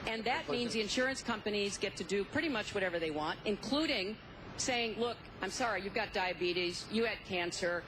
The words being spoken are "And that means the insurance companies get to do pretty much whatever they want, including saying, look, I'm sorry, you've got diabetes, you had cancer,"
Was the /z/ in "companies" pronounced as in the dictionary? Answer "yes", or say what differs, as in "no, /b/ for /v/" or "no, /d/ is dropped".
yes